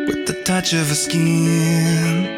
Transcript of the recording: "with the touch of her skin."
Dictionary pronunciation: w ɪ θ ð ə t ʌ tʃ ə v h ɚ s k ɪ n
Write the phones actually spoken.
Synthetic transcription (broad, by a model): w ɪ ð ə t ʌ tʃ ə v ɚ s k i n